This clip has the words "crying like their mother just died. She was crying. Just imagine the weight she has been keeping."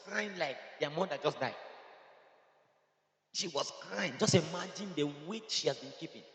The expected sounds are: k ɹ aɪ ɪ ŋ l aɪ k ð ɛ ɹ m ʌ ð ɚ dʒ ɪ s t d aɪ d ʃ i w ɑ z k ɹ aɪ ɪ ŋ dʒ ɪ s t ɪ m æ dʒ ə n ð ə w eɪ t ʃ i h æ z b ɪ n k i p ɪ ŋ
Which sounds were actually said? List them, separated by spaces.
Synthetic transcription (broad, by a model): k ɹ aɪ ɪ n l aɪ k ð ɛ m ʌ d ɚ dʒ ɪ s d aɪ d ʃ i w ɑ s k ɹ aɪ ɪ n dʒ ɪ s t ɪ m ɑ dʒ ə n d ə w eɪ ʃ i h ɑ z b ɪ n k i p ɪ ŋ